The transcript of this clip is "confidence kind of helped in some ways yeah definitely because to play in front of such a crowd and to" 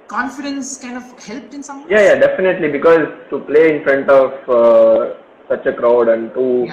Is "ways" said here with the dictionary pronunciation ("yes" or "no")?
no